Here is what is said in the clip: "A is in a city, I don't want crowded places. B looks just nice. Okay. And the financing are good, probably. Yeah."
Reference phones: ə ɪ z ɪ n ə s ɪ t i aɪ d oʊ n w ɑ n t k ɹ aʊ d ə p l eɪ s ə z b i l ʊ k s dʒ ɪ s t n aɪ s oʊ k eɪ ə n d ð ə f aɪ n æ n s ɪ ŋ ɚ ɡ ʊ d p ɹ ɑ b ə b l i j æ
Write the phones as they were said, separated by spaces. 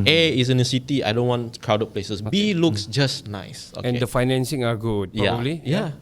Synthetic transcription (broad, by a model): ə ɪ s ɪ n ə s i t i aɪ d oʊ n w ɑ n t k ɹ aʊ d ə p l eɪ s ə s b i l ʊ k s dʒ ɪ s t n aɪ s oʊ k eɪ ə n d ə f aɪ n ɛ n s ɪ ŋ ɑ ɡ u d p ɑ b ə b l i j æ